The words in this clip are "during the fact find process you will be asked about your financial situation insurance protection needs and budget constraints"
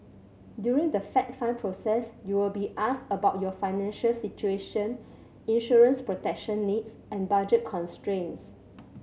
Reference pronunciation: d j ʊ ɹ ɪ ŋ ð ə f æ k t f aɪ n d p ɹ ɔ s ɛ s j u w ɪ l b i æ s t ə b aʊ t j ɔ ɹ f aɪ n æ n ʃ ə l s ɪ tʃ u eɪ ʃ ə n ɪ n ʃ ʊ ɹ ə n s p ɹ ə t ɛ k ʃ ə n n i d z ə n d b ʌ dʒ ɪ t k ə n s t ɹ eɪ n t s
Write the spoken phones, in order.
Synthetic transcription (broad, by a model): d j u ɹ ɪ ŋ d ə f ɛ t f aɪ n p ɹ ɔ s ɛ s j u w ɪ l b i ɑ s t ə b aʊ t j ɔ f aɪ n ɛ n ʃ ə l s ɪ tʃ u eɪ ʃ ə n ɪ n ʃ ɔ ɹ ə n s p ɹ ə t ɛ k ʃ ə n n i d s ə n b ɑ dʒ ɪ t k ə n s t ɹ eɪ n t s